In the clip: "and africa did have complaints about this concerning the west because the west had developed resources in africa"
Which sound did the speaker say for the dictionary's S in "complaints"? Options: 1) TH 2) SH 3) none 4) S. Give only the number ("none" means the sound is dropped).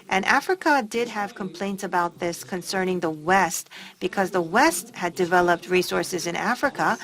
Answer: 4